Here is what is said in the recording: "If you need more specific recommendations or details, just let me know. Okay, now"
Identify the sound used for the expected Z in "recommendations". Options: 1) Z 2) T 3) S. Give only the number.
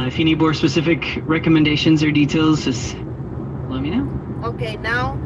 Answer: 1